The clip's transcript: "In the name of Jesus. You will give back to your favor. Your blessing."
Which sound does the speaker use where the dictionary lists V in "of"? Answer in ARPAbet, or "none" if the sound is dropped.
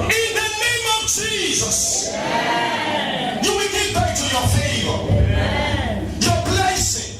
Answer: V